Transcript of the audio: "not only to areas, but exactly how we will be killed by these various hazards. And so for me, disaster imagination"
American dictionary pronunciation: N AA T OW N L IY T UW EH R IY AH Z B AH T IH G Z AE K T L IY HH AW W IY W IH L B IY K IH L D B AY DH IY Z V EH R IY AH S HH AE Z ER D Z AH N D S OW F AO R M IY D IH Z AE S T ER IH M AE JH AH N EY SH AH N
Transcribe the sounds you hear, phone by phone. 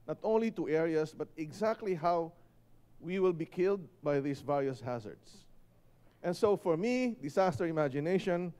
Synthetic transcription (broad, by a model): N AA T OW N L IY T UW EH R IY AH S B AH T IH G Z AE K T L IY HH AW W IY W IH L B IY K IH L D B AY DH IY S V EH R IY AH S HH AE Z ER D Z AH N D S OW F AO R M IY D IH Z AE S T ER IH M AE JH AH N EY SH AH N